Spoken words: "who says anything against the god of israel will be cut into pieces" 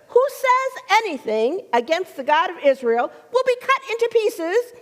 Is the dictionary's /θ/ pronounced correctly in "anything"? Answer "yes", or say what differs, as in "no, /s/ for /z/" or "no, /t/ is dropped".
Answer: yes